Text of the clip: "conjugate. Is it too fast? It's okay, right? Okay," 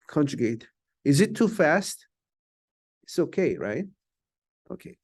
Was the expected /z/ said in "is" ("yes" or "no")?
yes